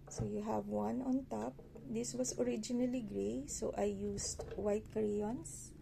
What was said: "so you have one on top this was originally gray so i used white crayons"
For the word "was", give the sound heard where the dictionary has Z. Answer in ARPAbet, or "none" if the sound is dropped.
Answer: S